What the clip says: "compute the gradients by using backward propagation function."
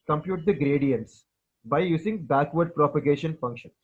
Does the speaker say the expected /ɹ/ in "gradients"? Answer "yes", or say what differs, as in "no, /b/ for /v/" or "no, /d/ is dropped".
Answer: yes